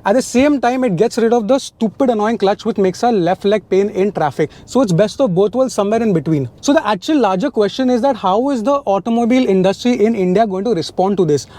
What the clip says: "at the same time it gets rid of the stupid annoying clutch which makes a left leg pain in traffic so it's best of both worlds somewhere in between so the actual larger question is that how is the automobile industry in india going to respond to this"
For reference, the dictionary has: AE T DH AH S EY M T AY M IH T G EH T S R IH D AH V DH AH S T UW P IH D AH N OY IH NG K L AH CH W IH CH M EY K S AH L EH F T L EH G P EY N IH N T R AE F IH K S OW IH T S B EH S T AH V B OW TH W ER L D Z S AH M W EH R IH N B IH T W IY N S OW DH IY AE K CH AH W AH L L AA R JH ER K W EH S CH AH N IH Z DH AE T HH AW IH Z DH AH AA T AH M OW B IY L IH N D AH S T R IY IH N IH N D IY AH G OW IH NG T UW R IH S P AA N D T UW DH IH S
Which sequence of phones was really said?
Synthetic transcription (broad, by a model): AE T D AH S EY M T AY M IH T G EH T S R IH D AH V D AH S T UW P IH D AH N OY IH NG K L AH CH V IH CH M EY K S AH L EH F T L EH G P EY N IH N T R AE F IH K S OW IH T S B EH S T AH V B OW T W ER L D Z S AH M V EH R IH N B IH T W IY N S OW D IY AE K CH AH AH L L AA R JH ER K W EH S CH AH N IH Z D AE T HH AW IH Z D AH AA T AH M OW B IY L IH N D AH S T R IY IH N IH N D IY AH G OW IH NG T UW R IH S P AA N D T UW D IH S